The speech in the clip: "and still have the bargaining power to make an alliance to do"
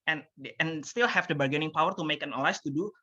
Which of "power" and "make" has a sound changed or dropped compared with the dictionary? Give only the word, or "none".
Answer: none